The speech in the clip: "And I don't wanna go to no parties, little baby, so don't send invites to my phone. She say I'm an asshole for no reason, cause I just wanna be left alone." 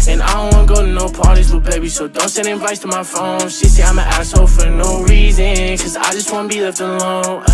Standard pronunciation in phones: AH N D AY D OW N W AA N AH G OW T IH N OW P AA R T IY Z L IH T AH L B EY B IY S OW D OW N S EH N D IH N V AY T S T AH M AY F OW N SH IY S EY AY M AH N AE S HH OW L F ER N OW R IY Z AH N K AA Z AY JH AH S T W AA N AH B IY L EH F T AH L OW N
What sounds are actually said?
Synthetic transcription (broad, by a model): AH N AY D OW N W AA N AH G OW T IH N OW P AA R T IY Z W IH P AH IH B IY S OW D OW N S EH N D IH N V AY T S T AH M AY F OW N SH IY S EY AY M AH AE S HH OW F ER N OW R IY Z AH N K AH Z AY JH AH S T W AA N AH B IY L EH T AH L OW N